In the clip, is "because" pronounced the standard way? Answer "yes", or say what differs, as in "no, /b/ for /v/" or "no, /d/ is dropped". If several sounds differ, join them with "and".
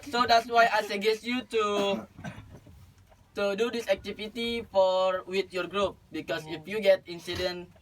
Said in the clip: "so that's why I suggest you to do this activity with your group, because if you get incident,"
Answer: no, /s/ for /z/